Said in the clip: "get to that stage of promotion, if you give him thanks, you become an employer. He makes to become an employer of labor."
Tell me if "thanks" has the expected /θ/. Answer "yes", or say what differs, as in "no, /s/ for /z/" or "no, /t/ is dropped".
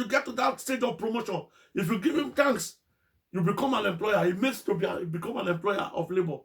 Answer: no, /t/ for /θ/